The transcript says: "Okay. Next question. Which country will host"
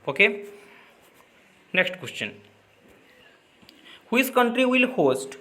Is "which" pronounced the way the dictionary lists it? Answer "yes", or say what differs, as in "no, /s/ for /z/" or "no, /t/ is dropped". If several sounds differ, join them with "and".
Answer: no, /s/ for /tʃ/